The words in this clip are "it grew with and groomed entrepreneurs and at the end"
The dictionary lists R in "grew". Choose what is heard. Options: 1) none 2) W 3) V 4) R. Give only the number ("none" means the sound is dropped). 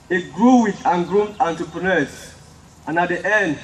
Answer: 4